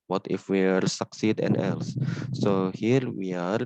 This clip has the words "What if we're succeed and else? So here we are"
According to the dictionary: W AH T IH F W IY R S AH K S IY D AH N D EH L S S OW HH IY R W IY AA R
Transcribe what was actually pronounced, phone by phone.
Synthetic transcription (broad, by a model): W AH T IH F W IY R S AH K S IY D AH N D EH L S S OW HH IY R W IY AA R